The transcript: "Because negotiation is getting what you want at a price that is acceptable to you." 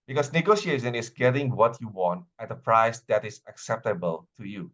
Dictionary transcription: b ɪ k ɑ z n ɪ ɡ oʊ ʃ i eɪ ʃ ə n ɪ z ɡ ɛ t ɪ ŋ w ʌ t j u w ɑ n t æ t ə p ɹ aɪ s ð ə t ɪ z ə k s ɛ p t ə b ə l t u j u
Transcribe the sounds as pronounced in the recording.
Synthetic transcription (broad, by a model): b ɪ k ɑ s n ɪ ɡ oʊ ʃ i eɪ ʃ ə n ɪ s ɡ ɛ t ɪ ŋ w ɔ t j u w ɑ n t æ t ə p ɹ aɪ s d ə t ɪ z ə k s ɛ p t ə b ə l t u j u